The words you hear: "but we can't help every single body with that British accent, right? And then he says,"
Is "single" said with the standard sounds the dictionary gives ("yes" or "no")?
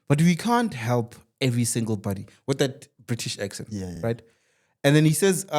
yes